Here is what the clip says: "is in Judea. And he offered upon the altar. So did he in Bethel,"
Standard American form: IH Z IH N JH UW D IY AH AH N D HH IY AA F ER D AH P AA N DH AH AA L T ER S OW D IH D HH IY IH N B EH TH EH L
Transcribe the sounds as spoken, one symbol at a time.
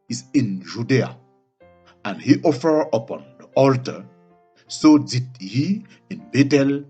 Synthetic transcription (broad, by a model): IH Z IH N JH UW D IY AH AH N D HH IY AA F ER AH P AA N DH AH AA L T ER S OW D IH D HH IY IH N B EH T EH L